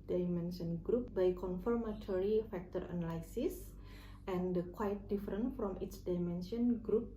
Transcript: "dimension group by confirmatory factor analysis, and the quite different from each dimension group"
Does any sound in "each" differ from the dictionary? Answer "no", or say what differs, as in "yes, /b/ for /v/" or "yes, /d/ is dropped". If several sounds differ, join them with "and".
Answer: yes, /s/ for /tʃ/